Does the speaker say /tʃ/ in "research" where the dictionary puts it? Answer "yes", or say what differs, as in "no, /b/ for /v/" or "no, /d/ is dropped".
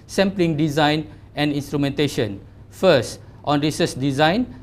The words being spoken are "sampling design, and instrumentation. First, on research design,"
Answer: no, /s/ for /tʃ/